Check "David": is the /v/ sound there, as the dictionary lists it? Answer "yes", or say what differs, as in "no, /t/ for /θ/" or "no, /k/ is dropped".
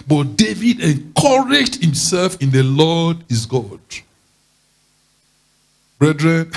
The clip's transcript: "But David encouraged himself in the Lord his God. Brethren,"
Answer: yes